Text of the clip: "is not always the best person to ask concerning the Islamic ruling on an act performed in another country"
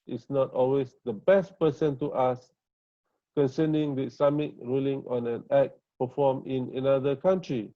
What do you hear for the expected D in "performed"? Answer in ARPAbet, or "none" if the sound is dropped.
none